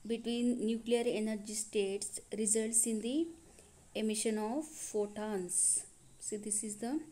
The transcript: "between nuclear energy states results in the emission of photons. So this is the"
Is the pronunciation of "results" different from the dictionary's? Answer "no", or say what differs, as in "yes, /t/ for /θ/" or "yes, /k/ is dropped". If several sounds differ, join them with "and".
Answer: no